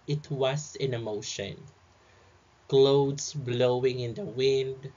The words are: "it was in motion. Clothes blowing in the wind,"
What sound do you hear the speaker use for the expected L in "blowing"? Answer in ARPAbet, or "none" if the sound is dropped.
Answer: L